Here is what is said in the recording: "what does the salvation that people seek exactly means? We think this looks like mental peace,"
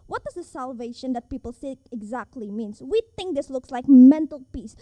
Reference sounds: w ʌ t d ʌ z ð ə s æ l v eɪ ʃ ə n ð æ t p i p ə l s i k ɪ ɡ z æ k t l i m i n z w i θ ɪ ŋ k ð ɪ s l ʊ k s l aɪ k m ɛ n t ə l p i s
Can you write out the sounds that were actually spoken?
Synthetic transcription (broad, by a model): w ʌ t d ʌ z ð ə s æ l v eɪ ʃ ə n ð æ t p i p ə l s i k ɪ ɡ z æ k t l i m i n s w i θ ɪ ŋ k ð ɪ s l ʊ k s l aɪ k m ɛ n t ə l p i s